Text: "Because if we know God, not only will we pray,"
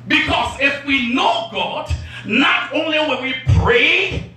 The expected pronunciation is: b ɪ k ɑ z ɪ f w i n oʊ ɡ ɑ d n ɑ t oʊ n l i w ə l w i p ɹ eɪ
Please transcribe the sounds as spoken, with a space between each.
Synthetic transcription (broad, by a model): b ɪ k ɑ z ɪ f w i n oʊ ɡ ɑ d n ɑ t oʊ n l i w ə n w i p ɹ eɪ